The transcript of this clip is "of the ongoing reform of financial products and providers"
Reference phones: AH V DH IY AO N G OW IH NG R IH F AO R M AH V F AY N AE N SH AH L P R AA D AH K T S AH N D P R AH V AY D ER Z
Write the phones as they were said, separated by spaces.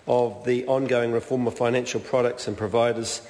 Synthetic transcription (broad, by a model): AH V DH IY AO N G OW IH NG R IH F AO M AH V F AY N AE N SH AH L P R AA D AH K T S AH N P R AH V AY D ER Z